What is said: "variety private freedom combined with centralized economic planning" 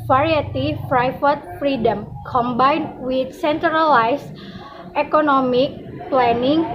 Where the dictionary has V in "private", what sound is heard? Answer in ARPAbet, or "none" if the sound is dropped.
F